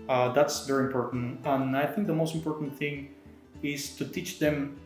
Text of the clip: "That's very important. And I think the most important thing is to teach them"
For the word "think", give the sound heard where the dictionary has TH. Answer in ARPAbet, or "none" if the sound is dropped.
TH